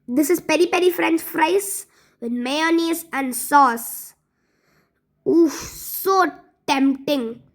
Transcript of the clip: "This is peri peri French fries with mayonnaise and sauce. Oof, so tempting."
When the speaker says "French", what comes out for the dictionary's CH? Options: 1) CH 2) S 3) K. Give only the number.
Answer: 2